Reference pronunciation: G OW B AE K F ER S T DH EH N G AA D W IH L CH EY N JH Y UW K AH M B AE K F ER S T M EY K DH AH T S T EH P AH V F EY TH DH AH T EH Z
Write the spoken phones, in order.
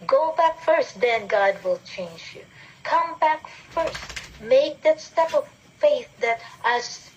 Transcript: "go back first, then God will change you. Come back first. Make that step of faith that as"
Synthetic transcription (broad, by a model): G OW B AE K F ER S T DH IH N G AA D W IH L CH EY N JH Y UW K AH M B AE K F ER S T M EY K DH AH T S T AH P AH V F EY TH DH AH T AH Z